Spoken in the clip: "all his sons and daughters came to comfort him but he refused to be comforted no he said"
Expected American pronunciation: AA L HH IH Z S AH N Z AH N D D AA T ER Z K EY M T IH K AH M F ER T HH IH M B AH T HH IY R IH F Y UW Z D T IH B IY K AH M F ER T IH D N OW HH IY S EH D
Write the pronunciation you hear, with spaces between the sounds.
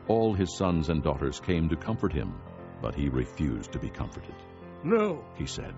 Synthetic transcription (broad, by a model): AA L IH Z S AH N Z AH N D D AA T ER Z K EY M T IH K AH M F ER T HH IH M B AH T HH IY R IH F Y UW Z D T IH B IY K AH M F ER T IH D N OW HH IY S EH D